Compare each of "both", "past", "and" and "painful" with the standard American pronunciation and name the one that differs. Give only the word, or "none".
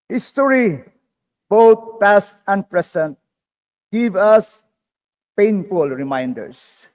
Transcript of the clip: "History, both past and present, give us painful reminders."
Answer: both